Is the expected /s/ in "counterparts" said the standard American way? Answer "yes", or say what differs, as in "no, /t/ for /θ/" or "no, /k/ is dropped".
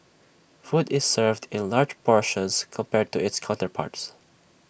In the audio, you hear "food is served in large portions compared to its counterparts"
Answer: yes